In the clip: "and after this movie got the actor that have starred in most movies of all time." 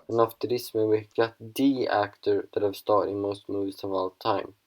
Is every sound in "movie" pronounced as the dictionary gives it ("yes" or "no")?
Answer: no